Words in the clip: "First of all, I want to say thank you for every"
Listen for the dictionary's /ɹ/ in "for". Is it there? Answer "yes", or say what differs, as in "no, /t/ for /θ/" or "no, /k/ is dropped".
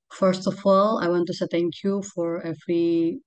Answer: yes